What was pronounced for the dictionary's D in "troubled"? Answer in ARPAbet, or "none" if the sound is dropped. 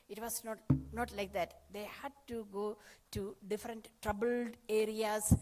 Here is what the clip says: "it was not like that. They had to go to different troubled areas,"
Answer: D